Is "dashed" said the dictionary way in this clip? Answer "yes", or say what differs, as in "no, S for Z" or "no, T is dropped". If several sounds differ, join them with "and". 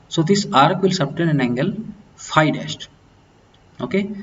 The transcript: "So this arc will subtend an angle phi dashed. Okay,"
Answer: no, S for SH